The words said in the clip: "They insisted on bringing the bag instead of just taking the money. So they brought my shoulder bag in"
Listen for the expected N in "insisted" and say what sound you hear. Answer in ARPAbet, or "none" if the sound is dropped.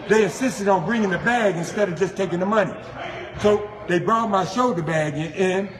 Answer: N